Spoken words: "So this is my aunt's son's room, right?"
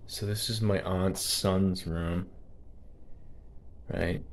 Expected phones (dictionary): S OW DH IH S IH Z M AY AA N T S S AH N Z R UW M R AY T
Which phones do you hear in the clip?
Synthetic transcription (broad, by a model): S OW DH IH S IH Z M AY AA N T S S AH N Z R UW M R AY T